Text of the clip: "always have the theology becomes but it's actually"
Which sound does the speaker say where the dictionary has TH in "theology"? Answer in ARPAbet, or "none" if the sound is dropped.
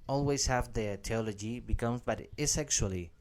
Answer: T